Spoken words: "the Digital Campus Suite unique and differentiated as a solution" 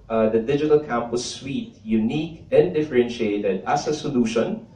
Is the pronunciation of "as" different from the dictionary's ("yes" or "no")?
yes